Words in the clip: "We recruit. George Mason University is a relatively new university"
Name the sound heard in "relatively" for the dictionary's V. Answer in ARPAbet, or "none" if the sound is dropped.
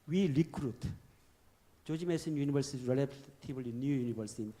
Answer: none